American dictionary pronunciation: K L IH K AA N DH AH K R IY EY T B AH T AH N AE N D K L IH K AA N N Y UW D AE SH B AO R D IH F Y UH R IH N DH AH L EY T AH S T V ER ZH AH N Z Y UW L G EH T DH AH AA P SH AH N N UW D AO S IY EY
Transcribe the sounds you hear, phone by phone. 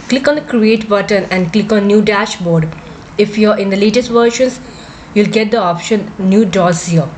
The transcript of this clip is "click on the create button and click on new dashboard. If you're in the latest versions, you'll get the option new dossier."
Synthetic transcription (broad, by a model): K L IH K AA N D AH K R IY EY T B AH T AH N AE N D K L IH K AA N N Y UW D AE SH B AO R D IH F Y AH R IH N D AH L EY T AH S T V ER SH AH N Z Y UW L G EH T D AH AA P SH AH N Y UW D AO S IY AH